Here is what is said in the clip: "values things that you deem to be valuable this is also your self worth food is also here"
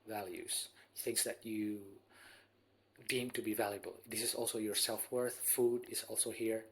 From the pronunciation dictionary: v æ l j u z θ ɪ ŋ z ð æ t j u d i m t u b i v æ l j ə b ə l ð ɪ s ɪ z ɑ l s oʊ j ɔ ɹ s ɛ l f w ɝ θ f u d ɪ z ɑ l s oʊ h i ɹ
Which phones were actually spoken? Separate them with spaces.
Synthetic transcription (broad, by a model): v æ l j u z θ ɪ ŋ s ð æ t j u d i m t u b i v æ l j ə b ə l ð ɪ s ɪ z ɑ l s oʊ j ɔ ɹ s ɛ l f w ɝ θ f u d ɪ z ɑ l s oʊ h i ɹ